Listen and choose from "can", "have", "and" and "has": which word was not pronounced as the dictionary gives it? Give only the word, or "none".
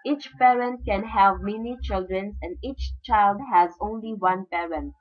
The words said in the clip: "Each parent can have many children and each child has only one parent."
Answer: none